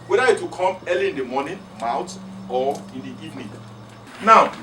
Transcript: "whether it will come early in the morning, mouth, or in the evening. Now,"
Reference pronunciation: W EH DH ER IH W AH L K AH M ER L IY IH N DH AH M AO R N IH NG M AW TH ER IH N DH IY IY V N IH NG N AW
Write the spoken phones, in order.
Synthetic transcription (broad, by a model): W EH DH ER IH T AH K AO M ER L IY IH N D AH M AO N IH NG M AW T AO IH N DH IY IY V N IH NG N AW